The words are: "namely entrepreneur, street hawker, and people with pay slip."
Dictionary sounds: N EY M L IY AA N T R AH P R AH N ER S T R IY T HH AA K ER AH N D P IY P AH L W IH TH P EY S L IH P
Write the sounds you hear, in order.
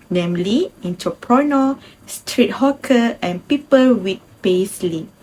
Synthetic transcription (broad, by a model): N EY M L IY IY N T AH P R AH N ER S T R IY T HH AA K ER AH N P IY P AH L W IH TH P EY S L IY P